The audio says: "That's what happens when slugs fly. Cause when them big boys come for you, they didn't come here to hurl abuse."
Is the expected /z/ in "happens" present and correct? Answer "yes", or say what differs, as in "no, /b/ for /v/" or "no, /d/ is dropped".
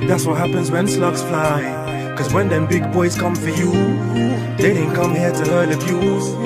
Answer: yes